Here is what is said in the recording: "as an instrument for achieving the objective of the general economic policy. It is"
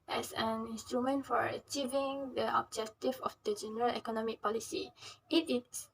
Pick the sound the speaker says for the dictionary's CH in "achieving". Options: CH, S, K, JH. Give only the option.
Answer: CH